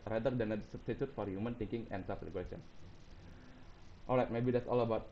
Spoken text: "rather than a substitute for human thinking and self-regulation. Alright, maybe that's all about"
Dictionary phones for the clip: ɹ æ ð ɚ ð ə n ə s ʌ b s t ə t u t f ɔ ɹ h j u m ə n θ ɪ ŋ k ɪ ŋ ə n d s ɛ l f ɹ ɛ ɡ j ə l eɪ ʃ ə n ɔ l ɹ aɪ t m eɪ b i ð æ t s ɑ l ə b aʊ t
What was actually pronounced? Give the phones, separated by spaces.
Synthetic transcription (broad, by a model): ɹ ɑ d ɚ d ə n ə s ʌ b s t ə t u t f ɔ ɹ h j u m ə n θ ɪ ŋ k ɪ ŋ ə n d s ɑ f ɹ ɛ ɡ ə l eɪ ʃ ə n ɔ l ɹ aɪ t m eɪ b i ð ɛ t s ɑ l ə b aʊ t